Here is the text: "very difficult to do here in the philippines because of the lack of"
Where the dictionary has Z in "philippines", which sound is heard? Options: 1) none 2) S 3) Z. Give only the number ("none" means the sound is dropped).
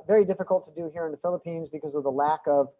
3